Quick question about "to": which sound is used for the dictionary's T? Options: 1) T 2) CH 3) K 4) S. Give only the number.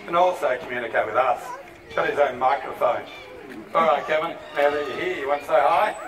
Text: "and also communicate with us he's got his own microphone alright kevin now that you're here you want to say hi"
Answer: 4